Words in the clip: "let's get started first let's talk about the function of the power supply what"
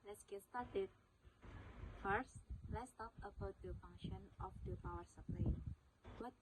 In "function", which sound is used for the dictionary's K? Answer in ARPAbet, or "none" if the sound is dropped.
none